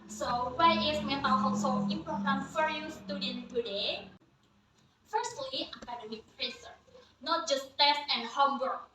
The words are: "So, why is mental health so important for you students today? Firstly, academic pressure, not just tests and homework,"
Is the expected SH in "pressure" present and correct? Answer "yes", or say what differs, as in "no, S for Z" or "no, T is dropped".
no, S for SH